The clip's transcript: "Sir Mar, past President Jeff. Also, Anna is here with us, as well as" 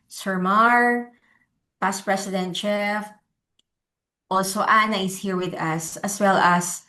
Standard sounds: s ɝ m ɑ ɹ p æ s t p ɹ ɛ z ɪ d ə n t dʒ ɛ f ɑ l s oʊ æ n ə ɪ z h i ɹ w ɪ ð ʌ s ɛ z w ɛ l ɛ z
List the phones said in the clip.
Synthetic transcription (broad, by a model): s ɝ m ɑ ɹ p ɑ s p ɹ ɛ s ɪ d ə n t tʃ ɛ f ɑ l s oʊ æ n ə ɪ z h i ɹ w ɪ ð ʌ s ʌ s w ɛ l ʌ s